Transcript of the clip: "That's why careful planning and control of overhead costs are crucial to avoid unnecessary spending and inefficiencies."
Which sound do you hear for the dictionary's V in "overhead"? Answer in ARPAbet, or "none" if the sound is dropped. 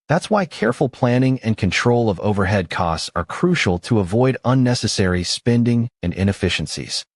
V